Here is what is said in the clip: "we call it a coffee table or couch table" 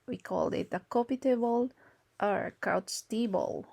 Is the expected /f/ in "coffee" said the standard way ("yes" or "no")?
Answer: no